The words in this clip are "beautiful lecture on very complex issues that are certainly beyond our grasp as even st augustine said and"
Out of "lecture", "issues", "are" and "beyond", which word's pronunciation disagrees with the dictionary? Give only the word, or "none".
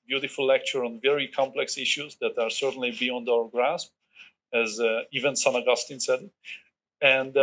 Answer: none